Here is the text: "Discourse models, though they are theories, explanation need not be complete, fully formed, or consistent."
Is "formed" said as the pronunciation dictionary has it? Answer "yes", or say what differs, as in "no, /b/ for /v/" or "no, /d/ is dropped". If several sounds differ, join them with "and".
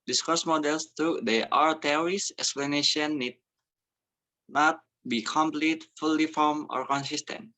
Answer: no, /d/ is dropped